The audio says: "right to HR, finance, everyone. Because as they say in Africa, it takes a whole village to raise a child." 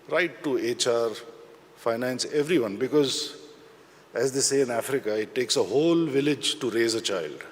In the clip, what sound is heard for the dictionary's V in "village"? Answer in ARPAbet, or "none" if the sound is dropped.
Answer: V